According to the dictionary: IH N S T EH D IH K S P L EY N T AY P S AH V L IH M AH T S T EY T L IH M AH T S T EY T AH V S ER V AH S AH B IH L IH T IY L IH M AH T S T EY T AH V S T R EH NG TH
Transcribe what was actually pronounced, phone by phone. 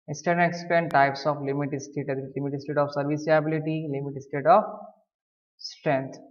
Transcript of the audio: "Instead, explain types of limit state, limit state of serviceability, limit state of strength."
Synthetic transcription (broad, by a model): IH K S T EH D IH K S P EY N T AY P S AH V L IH M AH T S T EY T L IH M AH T S T EY T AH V S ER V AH S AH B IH L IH T IY L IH M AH T S T EY T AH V S T R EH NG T